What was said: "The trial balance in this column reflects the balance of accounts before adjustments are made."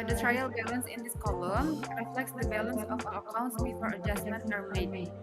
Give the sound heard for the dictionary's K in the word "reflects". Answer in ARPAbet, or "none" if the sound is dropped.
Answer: K